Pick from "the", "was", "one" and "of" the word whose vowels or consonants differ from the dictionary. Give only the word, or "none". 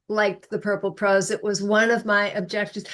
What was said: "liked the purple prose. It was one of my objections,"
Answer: none